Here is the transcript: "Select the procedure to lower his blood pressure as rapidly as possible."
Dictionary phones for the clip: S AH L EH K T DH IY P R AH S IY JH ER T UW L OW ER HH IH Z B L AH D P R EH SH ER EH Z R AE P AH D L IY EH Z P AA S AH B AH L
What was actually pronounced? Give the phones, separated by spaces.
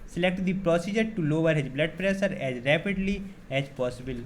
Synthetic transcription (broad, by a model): S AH L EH K T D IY P R AH S IY JH ER T UW L OW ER HH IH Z B L AH D P R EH S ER EH Z R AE P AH D L IY EH Z P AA S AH B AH L